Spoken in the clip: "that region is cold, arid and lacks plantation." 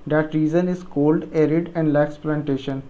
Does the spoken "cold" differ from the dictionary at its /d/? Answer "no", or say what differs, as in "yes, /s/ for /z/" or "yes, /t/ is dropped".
no